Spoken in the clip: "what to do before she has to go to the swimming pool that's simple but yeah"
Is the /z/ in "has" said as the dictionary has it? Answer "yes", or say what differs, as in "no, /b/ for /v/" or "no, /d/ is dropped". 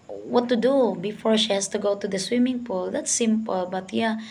no, /s/ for /z/